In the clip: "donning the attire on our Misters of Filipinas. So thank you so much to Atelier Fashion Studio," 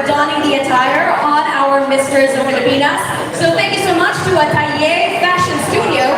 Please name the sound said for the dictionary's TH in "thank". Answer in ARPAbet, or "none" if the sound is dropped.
TH